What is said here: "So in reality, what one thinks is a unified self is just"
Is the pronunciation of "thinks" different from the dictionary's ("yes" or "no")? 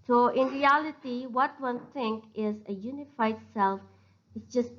yes